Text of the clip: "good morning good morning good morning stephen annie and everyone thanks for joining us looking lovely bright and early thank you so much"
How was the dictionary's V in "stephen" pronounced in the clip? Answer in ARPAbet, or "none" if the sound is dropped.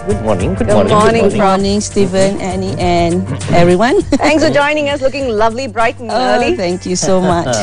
V